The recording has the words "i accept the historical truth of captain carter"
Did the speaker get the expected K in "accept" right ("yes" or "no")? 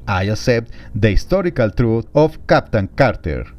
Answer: no